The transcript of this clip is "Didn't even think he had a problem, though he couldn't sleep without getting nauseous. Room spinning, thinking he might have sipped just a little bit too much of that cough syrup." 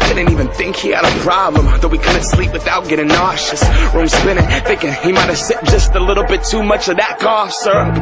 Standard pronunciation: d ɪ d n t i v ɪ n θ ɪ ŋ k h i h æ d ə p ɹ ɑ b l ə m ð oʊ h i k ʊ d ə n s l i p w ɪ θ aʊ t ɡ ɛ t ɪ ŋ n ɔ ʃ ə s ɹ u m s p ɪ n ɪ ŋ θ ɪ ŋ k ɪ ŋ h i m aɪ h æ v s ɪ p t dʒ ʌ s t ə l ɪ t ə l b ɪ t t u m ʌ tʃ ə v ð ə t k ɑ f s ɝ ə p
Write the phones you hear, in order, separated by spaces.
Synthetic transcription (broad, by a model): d ɪ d n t i v ɪ n θ ɪ ŋ k h i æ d ə p ɹ ɑ b l ə m ð oʊ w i k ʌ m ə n s l i p w ɪ θ aʊ t ɡ ɛ t ɪ ŋ n ɔ ʃ ə s ɹ u m s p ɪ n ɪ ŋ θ ɪ ŋ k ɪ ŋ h i m aɪ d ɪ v s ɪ t dʒ ʌ s t ə l ɪ t l b ɪ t t u m ʌ tʃ ə v ð ə t k ɑ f s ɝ ə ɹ